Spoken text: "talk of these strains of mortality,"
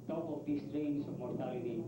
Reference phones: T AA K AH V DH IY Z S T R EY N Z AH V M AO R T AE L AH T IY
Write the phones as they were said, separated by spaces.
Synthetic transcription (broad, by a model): T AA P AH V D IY S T R EY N S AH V M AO R T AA L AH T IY